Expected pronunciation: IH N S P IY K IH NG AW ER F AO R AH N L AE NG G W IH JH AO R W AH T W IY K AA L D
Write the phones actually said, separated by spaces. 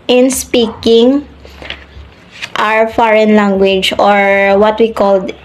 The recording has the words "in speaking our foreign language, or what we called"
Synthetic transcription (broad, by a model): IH N S P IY K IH NG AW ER F AO R AH N L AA NG G W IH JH AO R W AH T W IY K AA L D